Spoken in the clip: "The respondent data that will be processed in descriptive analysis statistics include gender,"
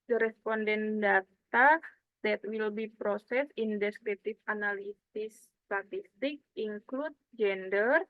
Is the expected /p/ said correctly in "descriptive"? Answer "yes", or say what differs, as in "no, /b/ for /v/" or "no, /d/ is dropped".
no, /p/ is dropped